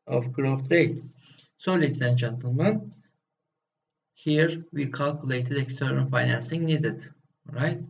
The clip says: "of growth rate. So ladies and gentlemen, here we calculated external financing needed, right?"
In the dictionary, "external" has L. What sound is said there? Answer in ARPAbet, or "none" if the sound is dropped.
N